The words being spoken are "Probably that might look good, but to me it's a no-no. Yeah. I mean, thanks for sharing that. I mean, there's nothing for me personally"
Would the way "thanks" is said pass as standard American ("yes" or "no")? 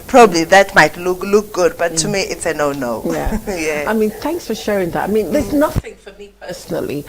yes